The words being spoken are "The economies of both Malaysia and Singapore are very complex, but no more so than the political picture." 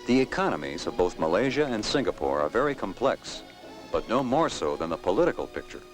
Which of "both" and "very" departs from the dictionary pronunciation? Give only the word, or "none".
none